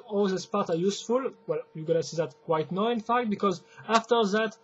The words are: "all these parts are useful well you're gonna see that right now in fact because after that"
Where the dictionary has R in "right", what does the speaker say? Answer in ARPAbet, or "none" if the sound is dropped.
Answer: W